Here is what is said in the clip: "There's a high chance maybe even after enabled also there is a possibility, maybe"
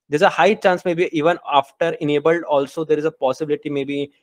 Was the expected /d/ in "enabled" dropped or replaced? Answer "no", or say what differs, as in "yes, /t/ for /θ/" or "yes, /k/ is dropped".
no